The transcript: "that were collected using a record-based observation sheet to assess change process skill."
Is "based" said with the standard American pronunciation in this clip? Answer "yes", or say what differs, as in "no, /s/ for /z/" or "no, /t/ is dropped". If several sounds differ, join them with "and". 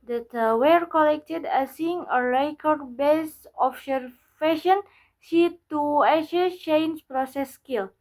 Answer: no, /t/ is dropped